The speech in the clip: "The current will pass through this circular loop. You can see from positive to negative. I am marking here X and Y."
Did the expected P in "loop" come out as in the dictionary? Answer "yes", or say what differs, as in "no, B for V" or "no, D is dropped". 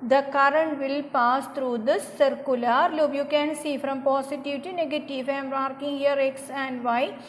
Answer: no, B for P